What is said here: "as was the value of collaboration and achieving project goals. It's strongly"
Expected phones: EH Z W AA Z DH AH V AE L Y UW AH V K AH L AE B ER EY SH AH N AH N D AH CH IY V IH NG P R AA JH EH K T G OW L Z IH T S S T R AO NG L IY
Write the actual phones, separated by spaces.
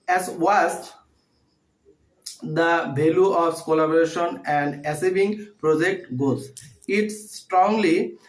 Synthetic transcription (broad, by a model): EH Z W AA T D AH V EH L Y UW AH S K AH L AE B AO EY SH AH N AH N D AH S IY B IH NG P R AA JH EH K T G OW Z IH T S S T R AO NG L IY